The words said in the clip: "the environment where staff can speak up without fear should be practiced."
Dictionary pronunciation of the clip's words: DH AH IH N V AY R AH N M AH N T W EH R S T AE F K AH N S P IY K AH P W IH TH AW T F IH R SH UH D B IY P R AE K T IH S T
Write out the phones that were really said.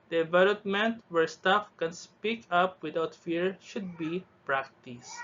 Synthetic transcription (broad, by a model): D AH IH V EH L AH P M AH N T W EH R S T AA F K AH N S P IY K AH P W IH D AW T F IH R SH UH D B IY P R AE K T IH S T